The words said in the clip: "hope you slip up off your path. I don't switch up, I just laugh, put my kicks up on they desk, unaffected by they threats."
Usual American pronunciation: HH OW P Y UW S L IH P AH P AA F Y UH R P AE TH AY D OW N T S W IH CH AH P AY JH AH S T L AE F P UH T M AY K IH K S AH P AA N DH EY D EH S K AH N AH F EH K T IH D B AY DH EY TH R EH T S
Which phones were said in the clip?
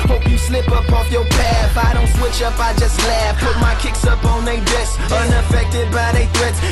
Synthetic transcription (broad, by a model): HH OW P Y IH S L IH P AH P AA F Y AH R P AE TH AY D OW N T S W IH CH AH P AY JH AH S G L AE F P UH T M AY K IH K S AH P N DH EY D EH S AH N AH F EH K T IH D B AY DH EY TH R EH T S